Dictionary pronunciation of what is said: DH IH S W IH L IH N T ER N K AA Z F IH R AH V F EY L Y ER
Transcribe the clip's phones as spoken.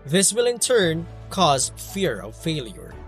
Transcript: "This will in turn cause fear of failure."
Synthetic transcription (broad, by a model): DH IH S W IH L IH N T ER N K AA Z F IH R AH V F EY L Y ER